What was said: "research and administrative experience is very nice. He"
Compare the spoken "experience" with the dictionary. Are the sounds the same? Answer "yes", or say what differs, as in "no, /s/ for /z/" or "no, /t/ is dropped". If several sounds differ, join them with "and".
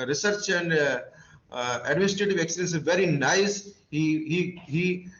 no, /p/ is dropped and /ɹ/ is dropped